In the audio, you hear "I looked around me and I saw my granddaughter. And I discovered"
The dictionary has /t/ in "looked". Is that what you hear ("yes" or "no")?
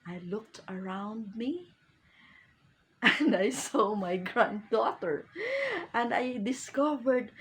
yes